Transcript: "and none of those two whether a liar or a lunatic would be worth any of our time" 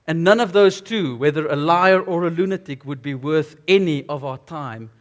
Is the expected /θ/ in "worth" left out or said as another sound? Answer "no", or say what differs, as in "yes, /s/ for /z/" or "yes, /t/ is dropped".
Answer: no